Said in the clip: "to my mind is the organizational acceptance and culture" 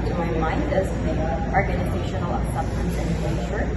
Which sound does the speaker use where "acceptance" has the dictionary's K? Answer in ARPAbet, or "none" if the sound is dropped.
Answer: none